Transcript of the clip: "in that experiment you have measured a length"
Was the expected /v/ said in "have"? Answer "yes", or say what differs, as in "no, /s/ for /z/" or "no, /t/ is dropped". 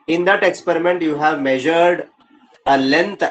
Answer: yes